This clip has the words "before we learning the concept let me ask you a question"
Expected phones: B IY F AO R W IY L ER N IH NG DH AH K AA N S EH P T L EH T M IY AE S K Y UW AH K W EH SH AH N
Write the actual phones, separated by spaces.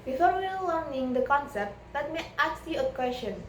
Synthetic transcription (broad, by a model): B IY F AO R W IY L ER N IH NG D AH K AA N S EH P T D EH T M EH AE K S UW AH K W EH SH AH N